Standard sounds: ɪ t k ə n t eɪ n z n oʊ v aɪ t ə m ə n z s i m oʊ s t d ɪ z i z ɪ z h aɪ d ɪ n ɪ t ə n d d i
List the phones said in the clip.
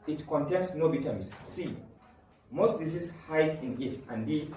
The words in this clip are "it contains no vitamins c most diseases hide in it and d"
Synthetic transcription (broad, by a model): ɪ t k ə n t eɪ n s n oʊ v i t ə m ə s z s i m oʊ s t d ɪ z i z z h aɪ ɪ n ɪ t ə n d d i